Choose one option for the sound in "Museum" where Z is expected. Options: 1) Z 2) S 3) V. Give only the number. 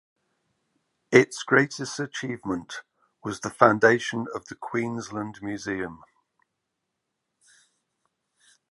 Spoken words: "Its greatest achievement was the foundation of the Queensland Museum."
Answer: 1